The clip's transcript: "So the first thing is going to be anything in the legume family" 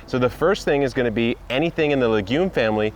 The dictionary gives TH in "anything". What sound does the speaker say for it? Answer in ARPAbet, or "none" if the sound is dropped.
TH